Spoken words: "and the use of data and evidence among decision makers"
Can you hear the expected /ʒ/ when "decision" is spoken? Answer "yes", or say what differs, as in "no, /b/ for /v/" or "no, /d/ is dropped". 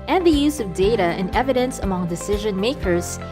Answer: yes